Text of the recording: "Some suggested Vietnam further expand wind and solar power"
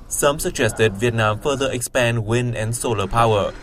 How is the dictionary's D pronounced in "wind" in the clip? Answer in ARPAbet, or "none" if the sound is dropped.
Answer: none